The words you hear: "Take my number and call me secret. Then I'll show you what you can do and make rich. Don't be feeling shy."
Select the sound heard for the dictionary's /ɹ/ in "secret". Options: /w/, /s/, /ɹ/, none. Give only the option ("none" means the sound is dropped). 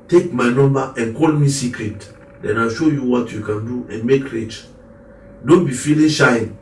/ɹ/